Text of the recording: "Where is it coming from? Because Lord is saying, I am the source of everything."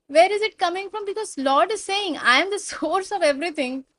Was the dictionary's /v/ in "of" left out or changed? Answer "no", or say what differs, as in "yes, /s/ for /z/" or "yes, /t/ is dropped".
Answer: no